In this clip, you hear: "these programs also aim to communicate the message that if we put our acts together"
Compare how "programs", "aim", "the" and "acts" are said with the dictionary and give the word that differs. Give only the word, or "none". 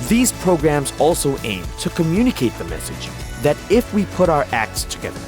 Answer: none